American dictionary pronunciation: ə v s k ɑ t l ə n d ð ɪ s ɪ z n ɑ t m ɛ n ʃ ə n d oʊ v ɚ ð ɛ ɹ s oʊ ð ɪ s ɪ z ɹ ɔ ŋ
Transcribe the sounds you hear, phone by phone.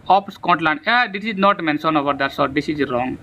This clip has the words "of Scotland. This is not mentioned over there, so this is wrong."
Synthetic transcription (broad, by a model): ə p s k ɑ t l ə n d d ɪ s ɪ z n ɑ t m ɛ n s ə n oʊ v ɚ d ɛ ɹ s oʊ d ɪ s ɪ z ɹ ɔ ŋ